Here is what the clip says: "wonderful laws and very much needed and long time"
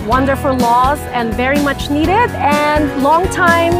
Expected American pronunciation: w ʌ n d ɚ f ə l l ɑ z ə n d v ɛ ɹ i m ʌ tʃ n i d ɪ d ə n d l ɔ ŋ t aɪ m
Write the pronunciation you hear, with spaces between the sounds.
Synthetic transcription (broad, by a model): w ʌ n d ɚ f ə l l ɑ z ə n v ɛ ɹ i m ʌ tʃ n i d ɪ d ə n l ɔ ŋ t aɪ m